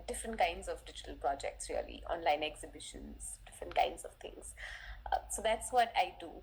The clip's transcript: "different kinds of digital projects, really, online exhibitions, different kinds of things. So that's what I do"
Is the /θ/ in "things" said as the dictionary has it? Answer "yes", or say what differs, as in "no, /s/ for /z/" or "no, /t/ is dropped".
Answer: no, /t/ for /θ/